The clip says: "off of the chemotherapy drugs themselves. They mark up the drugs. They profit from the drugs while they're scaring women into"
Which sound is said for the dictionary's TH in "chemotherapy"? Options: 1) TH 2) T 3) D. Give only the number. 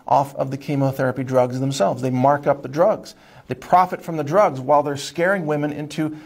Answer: 1